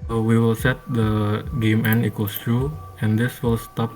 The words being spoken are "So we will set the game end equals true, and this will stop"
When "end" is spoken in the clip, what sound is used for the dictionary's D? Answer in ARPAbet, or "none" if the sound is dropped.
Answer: none